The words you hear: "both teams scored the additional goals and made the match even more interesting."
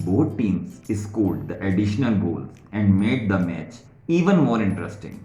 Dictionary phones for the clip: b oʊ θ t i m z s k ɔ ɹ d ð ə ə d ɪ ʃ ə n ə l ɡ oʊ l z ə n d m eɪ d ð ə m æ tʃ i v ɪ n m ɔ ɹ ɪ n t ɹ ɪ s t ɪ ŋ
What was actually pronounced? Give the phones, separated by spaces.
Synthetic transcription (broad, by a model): b oʊ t t i m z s k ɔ l d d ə ə d ɪ ʃ ə n ə l ɡ oʊ l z ə n d m eɪ d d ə m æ tʃ i v ɪ n m ɔ ɹ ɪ n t ɹ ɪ s t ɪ ŋ